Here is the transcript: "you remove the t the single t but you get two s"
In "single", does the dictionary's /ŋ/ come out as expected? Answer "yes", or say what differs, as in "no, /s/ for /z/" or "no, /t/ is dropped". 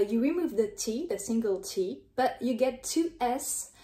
yes